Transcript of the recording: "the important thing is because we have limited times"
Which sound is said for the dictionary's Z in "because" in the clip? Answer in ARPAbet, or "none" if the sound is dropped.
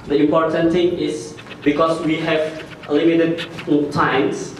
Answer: S